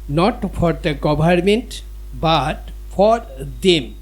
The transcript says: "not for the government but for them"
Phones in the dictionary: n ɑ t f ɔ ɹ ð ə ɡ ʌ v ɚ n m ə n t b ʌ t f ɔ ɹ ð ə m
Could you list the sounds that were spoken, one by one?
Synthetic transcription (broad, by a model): n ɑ t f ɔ ɹ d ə ɡ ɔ b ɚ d m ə n t b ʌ t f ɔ ɹ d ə m